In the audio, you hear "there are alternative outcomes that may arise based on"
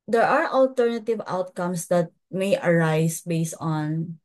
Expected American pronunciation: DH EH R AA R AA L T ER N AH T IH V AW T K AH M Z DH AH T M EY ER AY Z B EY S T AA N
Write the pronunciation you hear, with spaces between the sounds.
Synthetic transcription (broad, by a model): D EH R AA R AA L T ER N AH T IH V AW T K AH M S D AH T M EY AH AY S B EY S T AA N